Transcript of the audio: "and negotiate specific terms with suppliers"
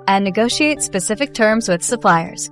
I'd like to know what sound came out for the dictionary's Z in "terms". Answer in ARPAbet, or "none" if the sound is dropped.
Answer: Z